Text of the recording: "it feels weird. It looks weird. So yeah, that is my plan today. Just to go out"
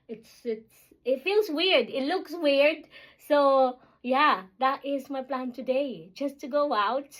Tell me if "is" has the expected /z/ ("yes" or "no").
yes